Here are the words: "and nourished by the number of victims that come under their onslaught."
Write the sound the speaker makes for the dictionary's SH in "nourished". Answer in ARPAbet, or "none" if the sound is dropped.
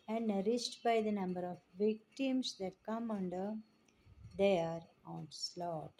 S